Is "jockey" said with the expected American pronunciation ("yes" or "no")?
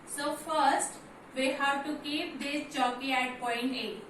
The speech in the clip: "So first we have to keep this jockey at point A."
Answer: no